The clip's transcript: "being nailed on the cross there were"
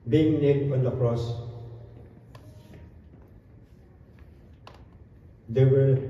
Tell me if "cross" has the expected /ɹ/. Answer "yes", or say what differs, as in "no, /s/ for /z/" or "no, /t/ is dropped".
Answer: yes